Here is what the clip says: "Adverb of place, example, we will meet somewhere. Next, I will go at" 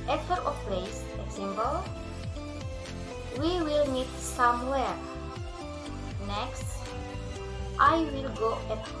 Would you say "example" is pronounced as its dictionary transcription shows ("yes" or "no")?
no